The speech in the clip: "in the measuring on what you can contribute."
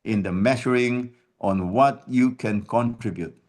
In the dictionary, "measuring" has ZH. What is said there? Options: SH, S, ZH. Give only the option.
SH